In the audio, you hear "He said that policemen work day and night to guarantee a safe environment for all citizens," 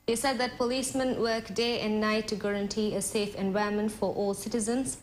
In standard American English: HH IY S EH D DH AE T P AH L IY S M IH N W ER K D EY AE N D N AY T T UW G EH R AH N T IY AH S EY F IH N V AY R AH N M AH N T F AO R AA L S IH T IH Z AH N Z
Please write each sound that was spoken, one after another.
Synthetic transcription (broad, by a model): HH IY S EH D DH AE T P AH L IY S M IH N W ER K D EY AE N D N AY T T UW G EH R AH N T IY AH S EY F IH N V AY AH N M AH N T F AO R AA L S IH T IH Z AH N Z